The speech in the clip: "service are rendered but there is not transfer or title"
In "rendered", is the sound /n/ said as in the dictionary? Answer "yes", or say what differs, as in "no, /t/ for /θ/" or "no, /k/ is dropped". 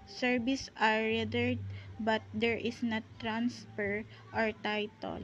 no, /n/ is dropped